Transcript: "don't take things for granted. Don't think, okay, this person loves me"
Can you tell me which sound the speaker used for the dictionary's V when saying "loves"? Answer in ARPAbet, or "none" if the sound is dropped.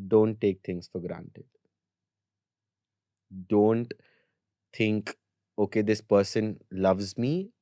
V